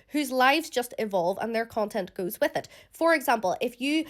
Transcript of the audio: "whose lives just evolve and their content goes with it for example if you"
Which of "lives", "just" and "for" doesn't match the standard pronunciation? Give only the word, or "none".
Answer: none